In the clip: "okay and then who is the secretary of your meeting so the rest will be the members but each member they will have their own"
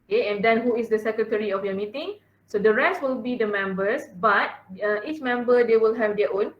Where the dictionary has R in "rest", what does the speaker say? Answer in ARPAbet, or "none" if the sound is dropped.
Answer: R